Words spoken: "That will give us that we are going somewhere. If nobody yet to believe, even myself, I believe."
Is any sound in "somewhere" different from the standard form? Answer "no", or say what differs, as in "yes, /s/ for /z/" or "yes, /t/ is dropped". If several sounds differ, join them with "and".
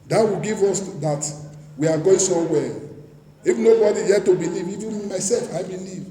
yes, /m/ is dropped